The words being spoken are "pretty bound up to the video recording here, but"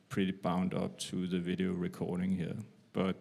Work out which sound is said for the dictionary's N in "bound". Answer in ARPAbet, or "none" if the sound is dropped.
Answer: N